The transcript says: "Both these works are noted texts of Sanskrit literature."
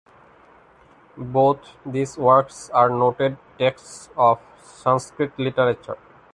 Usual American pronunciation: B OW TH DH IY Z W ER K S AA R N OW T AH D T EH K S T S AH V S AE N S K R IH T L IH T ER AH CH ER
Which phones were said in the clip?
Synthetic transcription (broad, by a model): B OW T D IY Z W ER K S AA R N OW T AH D T EH K S T S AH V S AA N S K R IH T L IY T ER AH CH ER